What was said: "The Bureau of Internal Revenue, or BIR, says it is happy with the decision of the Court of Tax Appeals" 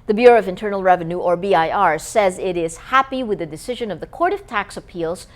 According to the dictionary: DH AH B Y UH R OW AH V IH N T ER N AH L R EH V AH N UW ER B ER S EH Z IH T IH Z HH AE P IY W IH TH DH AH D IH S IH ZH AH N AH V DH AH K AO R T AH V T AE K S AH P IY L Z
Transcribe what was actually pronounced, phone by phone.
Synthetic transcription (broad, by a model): DH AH B Y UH R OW AH V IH N T ER N L R EH V AH N UW ER B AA S EH Z IH T IH Z HH AE P IY W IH DH AH D IH S IH ZH AH N AH V DH AH K AO R T AH V T AE K S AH P IY L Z